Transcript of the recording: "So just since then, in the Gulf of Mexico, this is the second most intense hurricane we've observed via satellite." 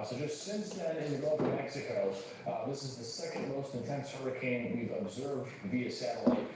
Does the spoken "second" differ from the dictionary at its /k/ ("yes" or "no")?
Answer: no